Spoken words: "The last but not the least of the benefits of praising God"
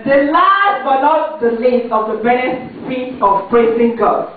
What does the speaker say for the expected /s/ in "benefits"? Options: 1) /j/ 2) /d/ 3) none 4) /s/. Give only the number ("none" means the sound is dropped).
3